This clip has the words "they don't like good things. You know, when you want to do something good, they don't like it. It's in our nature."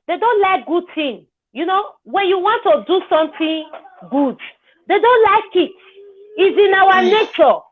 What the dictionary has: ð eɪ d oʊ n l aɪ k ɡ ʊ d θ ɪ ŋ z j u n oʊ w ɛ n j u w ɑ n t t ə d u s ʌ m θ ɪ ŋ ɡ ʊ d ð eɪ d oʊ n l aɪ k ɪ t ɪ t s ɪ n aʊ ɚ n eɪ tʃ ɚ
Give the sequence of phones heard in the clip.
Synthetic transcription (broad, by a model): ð eɪ d oʊ n l aɪ k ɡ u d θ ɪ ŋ j u n oʊ w ɛ n j u w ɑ n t t ə d u s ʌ m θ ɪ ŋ ɡ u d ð eɪ d oʊ n l aɪ k ɪ t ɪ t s ɪ n aʊ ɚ n eɪ tʃ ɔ